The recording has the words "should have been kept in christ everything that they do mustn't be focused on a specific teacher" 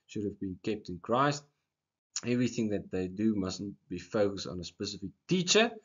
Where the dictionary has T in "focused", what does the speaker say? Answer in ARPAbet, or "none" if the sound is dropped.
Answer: T